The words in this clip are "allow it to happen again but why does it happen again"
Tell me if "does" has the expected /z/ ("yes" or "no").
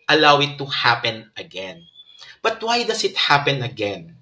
no